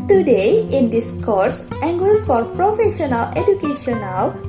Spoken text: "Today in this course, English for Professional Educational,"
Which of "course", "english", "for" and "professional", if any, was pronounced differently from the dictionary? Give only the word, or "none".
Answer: english